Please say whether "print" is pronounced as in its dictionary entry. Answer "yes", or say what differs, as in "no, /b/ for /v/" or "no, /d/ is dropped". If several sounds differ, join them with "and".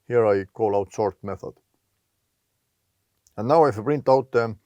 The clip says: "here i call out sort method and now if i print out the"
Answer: no, /b/ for /p/